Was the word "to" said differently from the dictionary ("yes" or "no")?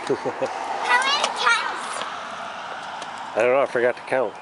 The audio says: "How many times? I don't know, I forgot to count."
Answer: no